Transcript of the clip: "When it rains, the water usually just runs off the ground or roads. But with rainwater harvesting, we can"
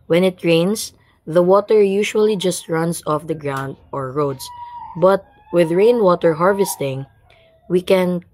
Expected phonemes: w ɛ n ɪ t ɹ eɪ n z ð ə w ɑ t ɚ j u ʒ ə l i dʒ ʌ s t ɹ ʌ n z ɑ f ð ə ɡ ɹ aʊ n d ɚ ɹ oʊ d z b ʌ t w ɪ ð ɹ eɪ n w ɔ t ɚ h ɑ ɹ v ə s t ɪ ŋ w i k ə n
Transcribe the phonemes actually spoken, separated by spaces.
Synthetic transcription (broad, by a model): w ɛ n ɪ t ɹ eɪ n s ð ə w ɑ t ɚ j u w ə l i dʒ ʌ s t ɹ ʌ n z ɑ f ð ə ɡ ɹ aʊ n d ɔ ɹ oʊ d s b ʌ t w ɪ ð ɹ eɪ n w ɔ t ɚ h ɑ ɹ v ə s t ɪ ŋ w i k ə n